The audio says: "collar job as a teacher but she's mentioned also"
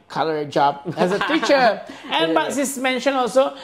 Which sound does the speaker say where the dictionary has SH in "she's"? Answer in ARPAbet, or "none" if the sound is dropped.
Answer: S